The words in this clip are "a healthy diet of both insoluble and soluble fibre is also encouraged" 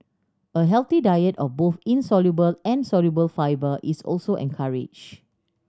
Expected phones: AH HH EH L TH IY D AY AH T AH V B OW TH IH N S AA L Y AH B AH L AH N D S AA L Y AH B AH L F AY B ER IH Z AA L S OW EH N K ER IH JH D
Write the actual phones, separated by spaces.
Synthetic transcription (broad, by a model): AH HH EH L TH IY D AY AH T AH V B OW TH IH N S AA L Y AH B AH L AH N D S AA L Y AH B AH L F AY B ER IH S AA L S OW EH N K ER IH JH